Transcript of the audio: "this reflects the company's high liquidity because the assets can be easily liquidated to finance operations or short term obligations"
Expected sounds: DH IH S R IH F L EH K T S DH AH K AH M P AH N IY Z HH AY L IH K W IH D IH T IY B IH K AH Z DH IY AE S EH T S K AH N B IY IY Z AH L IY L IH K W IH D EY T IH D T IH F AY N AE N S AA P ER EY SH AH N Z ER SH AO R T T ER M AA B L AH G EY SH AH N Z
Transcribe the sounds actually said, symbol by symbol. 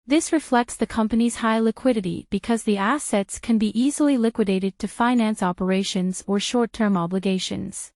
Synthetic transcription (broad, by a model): DH IH S R IH F L EH K T S DH AH K AH M P AH N IY Z HH AY L IH K W IH D IH T IY B IH K AH Z DH IY AE S EH T S K AH N B IY IY Z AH L IY L IH K W IH D EY T IH D T IH F AY N AE N S AA P ER EY SH AH N Z ER SH AO R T T ER M AA B L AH G EY SH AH N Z